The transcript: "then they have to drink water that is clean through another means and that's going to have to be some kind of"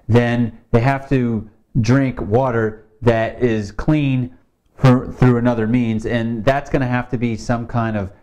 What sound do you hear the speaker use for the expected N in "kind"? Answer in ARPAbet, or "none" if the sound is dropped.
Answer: N